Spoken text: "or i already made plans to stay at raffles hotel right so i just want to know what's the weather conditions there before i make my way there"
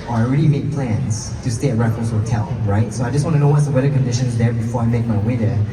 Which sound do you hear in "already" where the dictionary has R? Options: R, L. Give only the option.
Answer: R